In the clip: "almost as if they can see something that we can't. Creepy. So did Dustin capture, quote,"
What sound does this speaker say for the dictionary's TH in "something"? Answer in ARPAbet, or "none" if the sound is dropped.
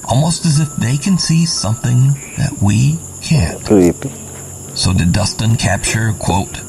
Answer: TH